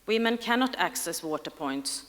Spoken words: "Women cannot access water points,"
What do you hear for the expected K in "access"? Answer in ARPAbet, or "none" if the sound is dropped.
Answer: K